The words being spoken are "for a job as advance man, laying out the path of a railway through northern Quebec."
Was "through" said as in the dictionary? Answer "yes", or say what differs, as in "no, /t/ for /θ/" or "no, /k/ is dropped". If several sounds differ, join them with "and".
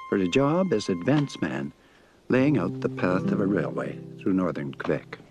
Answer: yes